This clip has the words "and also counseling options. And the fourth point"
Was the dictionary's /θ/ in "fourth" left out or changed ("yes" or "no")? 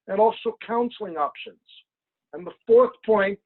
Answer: no